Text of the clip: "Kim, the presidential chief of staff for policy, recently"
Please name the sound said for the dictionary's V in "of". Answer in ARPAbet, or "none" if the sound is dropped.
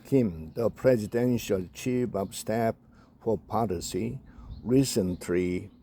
P